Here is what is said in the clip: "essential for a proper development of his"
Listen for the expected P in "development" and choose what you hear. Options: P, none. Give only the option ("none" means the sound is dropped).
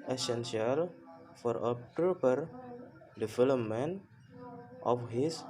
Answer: none